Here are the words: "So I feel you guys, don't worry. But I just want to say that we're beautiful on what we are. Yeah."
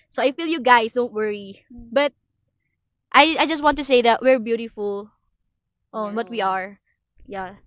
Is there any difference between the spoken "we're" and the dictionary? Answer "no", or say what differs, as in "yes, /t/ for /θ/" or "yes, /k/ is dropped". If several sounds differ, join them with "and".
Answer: no